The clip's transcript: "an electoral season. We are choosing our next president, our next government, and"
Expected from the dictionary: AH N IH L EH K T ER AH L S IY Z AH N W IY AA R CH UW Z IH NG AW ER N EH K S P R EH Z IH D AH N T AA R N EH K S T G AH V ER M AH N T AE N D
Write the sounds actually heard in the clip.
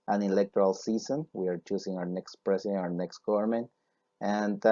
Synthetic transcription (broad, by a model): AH N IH L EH K T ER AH L S IY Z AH N W IY AA R CH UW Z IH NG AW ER N EH K S P R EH S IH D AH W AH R N EH K S T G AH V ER M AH N T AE N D